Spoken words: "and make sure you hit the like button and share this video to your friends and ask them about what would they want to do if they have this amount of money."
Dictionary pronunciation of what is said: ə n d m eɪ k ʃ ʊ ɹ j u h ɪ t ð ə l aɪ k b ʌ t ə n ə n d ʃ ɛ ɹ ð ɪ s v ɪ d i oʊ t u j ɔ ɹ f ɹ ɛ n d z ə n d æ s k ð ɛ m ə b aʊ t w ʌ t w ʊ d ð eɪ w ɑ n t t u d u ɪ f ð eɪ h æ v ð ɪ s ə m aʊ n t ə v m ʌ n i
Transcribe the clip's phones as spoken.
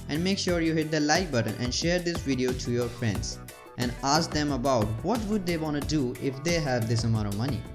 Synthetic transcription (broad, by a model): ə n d m eɪ k ʃ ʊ ɹ j u h ɪ t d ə l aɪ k b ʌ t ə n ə n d ʃ ɛ ɹ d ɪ s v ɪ d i oʊ t u j ɔ ɹ f ɹ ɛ n d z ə n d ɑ s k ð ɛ m ə b aʊ t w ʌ t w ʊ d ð eɪ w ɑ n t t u d u ɪ f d eɪ h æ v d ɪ s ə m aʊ t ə m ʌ n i